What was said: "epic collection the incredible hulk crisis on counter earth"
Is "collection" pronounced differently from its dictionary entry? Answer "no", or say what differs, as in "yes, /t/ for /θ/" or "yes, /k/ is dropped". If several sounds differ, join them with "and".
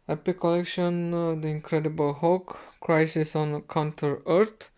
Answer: no